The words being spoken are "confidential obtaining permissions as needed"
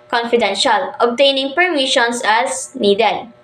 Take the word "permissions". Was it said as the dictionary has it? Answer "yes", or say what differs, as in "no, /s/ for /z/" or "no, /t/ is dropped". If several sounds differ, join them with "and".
no, /s/ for /z/